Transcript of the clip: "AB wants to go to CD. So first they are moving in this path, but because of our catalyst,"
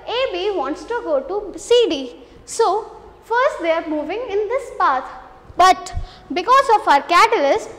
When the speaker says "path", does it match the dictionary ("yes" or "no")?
no